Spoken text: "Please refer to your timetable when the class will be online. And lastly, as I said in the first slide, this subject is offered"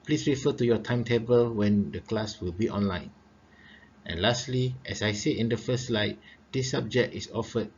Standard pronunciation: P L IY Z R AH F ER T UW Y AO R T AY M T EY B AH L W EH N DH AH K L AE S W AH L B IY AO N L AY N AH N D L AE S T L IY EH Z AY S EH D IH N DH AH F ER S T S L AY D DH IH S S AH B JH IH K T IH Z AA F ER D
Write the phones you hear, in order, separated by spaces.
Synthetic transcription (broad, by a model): P L IY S R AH F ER T UW Y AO T AY M T EY B AH L W EH N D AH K L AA S W AH L B IY AO N L AY N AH N L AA S T L IY EH S AY S EH IH N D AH F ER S S L AY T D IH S S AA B JH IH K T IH S AA F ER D